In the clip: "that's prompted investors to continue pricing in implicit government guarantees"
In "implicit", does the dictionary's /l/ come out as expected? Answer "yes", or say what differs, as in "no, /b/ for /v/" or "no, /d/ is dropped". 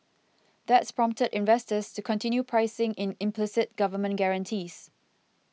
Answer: yes